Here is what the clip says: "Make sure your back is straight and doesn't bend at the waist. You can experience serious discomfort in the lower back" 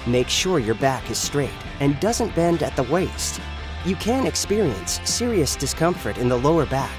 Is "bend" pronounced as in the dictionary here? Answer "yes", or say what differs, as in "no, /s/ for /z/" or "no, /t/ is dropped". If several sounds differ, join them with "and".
yes